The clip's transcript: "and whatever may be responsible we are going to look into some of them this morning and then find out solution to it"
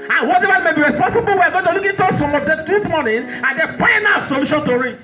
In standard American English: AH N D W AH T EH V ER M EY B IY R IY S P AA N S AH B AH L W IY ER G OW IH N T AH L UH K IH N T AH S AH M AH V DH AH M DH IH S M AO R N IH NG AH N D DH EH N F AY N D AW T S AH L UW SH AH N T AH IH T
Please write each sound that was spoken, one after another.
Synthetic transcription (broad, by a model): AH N W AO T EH V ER M EY B IY R IY S P AA N S AH B AH L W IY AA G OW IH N T AH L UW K IH N T AH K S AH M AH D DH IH S M AO N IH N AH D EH F AY N AW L S AH L UW SH AH N T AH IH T